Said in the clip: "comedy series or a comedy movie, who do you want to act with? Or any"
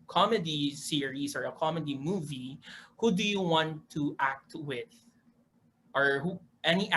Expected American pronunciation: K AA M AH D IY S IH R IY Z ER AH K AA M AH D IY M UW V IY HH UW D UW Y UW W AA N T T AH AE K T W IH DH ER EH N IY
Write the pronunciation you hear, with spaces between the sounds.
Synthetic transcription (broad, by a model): K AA M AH D IY S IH R IY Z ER AH K AA M AH D IY M UW V IY HH UW D UW Y UW W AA N T T AE K T W IH DH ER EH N IY